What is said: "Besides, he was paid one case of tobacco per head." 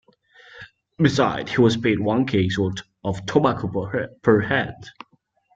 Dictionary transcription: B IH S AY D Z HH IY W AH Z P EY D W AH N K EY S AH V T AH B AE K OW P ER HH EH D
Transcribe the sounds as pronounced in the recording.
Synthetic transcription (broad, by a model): B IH S AY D HH IY W AH Z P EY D W AH N K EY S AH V T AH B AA K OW P ER HH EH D